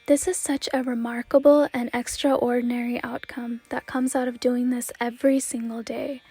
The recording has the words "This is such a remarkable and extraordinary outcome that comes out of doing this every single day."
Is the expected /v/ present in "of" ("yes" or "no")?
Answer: yes